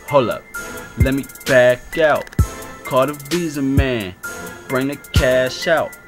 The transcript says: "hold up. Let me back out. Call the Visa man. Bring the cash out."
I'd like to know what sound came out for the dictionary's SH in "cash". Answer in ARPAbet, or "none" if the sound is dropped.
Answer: SH